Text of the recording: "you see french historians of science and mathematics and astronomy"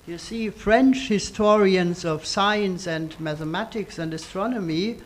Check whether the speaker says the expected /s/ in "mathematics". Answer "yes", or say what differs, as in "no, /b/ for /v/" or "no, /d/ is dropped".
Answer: yes